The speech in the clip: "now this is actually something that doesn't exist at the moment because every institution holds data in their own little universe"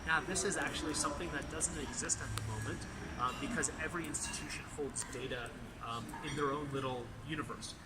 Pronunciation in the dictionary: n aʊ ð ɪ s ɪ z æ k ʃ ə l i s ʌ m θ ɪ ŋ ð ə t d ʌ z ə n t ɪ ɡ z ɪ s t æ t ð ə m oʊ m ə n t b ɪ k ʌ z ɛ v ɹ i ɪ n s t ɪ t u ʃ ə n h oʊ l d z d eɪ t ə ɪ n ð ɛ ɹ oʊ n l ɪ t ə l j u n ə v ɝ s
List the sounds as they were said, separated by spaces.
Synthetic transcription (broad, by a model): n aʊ ð ɪ s ɪ z æ k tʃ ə l i s ʌ m θ ɪ ŋ ð ə t d ʌ z ə n t ɪ ɡ z ɪ s t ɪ t ð ə m oʊ m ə n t b ɪ k ʌ z ɛ v ɹ i ɪ n s t ɪ t u ʃ ə n h oʊ l d z d eɪ t ə ɪ n ð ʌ ɹ oʊ n l ɪ t l j u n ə v ɝ s